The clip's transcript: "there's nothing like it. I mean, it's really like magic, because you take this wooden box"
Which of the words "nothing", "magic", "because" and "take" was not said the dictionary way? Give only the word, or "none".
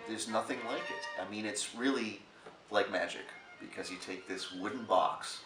none